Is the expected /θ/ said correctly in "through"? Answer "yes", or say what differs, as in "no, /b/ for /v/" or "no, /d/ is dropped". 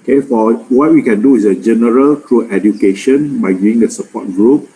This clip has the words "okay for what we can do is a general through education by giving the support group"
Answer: no, /t/ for /θ/